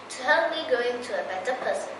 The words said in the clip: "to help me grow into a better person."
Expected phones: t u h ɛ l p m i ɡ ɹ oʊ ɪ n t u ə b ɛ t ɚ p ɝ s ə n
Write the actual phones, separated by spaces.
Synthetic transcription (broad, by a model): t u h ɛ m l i ɡ oʊ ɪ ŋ t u ə b ɛ t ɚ p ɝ s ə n